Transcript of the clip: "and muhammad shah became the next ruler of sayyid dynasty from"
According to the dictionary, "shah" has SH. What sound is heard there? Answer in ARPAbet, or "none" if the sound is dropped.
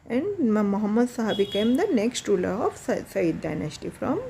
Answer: S